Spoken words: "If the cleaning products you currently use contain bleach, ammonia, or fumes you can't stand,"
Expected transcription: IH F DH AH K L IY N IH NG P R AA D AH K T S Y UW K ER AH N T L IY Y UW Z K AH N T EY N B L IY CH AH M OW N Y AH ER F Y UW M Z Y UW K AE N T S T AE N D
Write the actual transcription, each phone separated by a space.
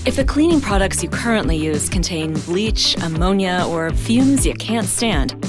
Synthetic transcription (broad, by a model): IH F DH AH K L IY N IH NG P R AA D AH K T S Y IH K ER AH N T L IY Y UW Z K AH N T EY N B L IY CH AH M OW N Y AH ER F Y UW M Z Y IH K AE N T S T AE N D